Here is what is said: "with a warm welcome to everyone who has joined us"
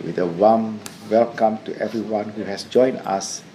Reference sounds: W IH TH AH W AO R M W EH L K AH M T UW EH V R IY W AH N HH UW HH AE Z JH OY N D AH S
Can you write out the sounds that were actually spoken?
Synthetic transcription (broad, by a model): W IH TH AH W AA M W EH L K AH M T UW EH V R IY W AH N HH UW HH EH S JH OY N AH S